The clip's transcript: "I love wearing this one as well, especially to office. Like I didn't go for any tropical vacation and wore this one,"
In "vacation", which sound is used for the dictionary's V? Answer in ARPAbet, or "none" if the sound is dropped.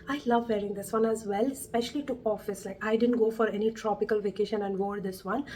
V